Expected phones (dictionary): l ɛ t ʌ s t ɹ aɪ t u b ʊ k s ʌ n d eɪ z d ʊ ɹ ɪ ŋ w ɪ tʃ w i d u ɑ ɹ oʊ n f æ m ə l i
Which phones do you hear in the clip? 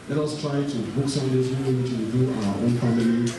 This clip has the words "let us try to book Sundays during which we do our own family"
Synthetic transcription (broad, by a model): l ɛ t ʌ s t ɹ aɪ t u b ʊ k s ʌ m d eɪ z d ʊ ɪ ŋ w ɪ tʃ w i d u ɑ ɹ oʊ n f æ m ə l i